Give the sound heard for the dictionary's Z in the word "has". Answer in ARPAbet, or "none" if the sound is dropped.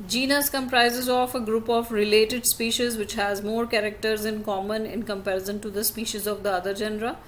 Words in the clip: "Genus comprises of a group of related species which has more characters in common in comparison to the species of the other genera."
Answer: Z